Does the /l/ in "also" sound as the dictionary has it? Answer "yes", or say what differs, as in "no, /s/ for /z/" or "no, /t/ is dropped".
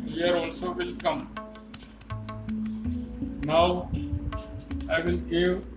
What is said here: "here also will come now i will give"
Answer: yes